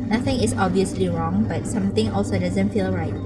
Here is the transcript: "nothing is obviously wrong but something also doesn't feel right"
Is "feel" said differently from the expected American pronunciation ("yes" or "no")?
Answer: no